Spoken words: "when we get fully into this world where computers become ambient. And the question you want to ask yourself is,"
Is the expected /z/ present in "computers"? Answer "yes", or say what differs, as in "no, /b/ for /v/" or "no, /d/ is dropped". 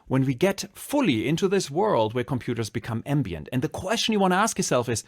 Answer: yes